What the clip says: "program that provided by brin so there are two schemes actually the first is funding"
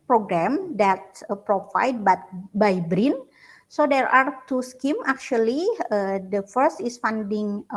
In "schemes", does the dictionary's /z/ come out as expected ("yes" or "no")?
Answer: no